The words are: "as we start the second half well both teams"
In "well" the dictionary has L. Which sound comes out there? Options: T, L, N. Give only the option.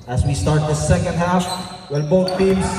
N